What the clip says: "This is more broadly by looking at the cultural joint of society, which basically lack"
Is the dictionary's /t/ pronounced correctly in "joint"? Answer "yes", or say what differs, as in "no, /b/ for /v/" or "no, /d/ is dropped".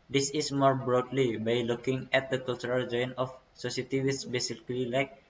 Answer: no, /t/ is dropped